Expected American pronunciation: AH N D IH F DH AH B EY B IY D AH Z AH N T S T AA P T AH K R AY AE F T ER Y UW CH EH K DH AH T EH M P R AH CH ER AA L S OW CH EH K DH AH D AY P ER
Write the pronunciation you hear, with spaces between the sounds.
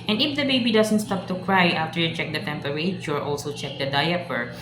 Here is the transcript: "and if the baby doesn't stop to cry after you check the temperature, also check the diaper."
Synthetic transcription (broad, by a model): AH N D IH F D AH B EY B IY D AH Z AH N T S T AA P T AH K R AY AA F T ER Y UW CH EH K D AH T EH M P R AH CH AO AA L S OW CH EH K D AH D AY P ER